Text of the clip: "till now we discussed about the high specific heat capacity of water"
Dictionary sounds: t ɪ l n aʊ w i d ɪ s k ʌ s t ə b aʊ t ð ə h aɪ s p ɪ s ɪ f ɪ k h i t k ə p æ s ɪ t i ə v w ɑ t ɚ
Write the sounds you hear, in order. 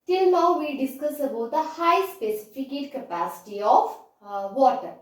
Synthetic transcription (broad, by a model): t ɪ l n aʊ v i d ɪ s k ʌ s ə b aʊ t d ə h aɪ s p ɪ s ɪ f ɪ k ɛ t k ə p æ s ɪ t i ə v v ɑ t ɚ